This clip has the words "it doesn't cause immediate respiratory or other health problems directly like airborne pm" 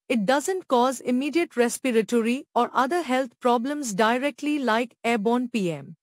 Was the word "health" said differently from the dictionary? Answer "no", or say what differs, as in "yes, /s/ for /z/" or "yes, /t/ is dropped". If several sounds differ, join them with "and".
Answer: yes, /t/ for /θ/